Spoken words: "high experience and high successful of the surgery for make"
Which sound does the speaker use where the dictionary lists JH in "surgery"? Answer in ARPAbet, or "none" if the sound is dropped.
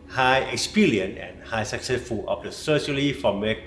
SH